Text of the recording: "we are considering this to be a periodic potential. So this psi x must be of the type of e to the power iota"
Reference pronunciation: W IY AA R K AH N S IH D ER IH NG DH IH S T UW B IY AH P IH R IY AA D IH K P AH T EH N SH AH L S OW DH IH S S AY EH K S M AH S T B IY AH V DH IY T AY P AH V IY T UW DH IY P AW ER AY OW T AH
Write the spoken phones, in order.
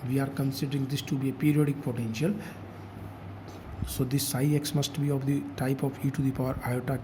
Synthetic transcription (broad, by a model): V IY AA R K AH N S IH D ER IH NG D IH S T UW B IY AH P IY R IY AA D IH K P AH T EH N SH AH L S OW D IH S S AY EH K S M AH S T B IY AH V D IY T AY P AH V IY T UW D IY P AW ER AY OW T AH